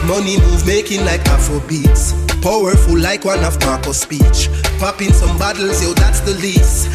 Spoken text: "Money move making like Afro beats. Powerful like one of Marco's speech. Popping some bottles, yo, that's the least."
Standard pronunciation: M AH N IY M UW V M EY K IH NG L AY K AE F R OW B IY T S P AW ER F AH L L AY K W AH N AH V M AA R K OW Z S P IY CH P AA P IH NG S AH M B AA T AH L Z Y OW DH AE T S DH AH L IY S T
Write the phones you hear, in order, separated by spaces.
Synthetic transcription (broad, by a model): M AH N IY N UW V M EY K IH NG L AY K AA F OW B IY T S P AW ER F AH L L AY K W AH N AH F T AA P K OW S P IY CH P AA P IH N S AH M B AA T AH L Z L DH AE T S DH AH L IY S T